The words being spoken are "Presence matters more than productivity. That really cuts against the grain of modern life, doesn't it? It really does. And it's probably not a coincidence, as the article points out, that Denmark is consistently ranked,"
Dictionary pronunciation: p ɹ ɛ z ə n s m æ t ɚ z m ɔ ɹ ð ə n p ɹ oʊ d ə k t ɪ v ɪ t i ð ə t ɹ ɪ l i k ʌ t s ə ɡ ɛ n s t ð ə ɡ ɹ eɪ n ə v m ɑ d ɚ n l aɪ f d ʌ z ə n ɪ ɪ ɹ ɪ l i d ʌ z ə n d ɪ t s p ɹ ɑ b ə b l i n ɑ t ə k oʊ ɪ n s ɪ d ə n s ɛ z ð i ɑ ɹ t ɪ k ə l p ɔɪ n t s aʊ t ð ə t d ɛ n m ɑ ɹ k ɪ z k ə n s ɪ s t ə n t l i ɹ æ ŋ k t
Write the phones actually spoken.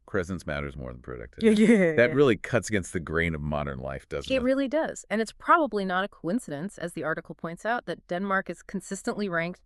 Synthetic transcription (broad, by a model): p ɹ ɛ z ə n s m æ t ɚ z m ɔ ɹ ð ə n p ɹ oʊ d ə k t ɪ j ð ə t ɹ ɪ l i k ʌ t s ə ɡ ɛ n s t ð ə ɡ ɹ eɪ n ə v m ɑ d ɚ n l aɪ f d ʌ z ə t ɹ ɪ l i d ʌ z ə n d ɪ t s p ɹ ɑ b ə b l i n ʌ t ə k oʊ ɪ n s ɪ d ə n s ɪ z ð i ɑ ɹ t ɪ k l p ɔɪ n t s aʊ t ð ə t d ɛ n m ɑ ɹ k ɪ z k n s ɪ s t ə n t l i ɹ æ ŋ k t